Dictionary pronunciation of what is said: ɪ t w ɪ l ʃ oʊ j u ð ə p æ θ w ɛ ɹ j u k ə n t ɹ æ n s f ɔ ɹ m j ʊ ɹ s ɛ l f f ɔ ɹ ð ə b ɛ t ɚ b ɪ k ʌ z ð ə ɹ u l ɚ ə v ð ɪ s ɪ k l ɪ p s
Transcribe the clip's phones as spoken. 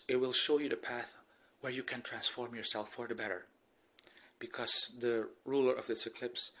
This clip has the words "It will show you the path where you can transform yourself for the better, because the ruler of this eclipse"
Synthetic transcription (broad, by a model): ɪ t w ɪ l ʃ oʊ j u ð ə p æ θ w ɛ ɹ j u k ə n t ɹ æ n s f ɔ ɹ m j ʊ ɹ s ɛ l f f ɔ ɹ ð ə b ɛ t ɚ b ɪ k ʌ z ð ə ɹ u l ɚ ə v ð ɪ s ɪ k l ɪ p s